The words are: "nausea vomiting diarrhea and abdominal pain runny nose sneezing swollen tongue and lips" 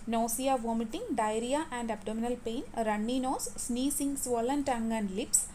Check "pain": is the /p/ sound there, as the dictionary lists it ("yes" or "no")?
yes